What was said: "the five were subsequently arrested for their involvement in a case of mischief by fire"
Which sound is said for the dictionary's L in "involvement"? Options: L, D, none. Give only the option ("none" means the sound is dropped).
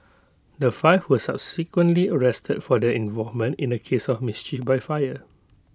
none